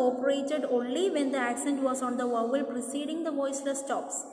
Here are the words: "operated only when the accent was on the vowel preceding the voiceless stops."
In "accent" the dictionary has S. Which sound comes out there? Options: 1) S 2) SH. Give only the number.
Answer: 1